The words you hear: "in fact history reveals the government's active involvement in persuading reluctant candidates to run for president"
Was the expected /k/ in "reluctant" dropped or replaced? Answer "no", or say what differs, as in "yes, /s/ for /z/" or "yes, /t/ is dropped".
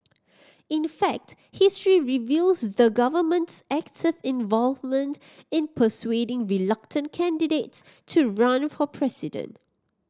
no